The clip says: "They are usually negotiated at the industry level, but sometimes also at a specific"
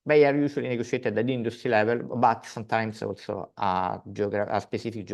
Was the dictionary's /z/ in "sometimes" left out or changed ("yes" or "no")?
yes